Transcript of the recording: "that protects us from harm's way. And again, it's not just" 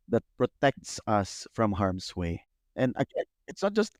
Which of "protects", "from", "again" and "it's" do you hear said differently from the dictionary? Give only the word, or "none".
again